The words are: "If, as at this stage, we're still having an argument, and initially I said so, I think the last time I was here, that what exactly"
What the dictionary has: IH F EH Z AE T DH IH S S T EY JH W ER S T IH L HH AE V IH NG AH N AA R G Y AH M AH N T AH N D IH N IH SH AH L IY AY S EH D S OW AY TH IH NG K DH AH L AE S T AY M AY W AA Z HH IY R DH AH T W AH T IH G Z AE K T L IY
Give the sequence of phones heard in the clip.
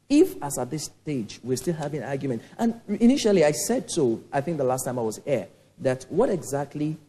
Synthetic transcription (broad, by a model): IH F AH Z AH T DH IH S S T EY JH W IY S T IH L HH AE V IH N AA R G Y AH M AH N T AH N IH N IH SH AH L IY AY S EH D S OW AY TH IH NG K DH AH L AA S T AY M AY W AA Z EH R DH AH T W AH T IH G Z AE K T L IY